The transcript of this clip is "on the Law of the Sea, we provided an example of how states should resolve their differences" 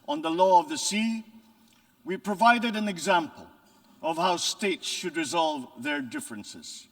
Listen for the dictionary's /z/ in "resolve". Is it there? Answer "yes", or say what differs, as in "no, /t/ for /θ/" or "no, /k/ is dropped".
yes